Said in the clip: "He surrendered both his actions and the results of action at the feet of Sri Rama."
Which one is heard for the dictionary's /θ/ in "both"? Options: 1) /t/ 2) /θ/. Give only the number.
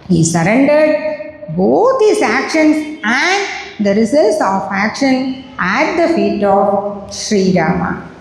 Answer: 1